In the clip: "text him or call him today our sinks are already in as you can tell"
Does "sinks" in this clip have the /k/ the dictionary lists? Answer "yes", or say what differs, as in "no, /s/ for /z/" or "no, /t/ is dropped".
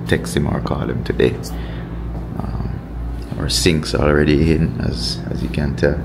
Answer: yes